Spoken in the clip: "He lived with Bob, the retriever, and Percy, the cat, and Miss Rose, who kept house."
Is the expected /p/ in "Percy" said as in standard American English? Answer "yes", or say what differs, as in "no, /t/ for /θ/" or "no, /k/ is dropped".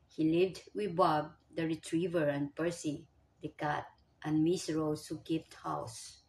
yes